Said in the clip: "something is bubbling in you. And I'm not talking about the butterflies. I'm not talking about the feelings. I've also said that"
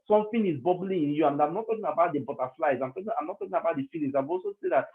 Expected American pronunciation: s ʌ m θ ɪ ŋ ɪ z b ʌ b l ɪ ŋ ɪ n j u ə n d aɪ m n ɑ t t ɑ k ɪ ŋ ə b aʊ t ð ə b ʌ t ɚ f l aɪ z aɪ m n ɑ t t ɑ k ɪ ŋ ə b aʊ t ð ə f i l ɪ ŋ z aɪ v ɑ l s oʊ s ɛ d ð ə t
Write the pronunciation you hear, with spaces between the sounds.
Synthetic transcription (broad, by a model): s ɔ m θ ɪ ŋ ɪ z b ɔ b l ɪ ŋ ɪ n j u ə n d aɪ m n ɑ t t ɑ k ɪ ŋ ə b aʊ t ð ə b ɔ t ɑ f l aɪ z aɪ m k ɑ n t ɑ k ɪ ŋ ə b aʊ t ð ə f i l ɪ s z aɪ v ɑ l s oʊ s ɛ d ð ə t